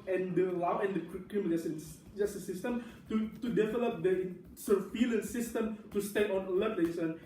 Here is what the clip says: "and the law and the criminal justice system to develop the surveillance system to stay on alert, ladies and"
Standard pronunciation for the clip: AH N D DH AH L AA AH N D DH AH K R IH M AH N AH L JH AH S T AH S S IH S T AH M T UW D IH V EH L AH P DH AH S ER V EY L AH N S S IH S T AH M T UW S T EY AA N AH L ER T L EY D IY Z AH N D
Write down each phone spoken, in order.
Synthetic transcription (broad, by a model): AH N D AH L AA AH N D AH K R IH M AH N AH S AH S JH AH S S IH S T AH M T UW D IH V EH L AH P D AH S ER F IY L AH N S S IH S T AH M T UW S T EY AA N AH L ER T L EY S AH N